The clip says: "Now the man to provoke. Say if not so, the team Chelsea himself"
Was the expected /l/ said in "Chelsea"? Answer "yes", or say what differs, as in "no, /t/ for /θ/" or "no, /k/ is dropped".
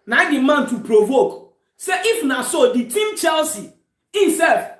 yes